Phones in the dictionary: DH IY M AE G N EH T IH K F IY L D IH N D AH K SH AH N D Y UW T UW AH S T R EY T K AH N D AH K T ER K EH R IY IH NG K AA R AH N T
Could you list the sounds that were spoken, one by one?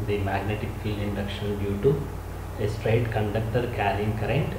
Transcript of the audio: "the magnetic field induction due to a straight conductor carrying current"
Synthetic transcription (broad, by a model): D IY M AE G N EH T IH K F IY L IH N D AH K SH AH N D Y UW T UW AH S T R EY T K AH N D AH K T ER K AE R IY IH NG K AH R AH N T